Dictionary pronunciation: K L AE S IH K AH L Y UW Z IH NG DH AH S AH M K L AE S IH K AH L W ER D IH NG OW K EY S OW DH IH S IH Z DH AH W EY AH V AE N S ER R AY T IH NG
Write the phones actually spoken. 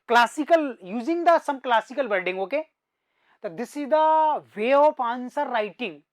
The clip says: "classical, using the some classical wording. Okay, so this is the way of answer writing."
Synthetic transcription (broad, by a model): K L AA S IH K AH L Y UW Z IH NG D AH S AH M K L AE S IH K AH L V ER D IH NG OW K EY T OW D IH S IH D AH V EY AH P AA N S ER R AY T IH NG